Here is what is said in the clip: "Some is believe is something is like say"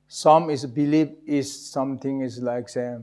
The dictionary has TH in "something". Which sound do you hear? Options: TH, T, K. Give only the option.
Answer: T